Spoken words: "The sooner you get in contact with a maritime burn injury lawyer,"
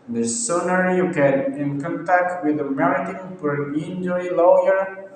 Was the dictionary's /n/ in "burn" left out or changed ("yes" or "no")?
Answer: yes